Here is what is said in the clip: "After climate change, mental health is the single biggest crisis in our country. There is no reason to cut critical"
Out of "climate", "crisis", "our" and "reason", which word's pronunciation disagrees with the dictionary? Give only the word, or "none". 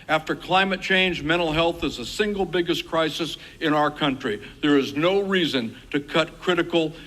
none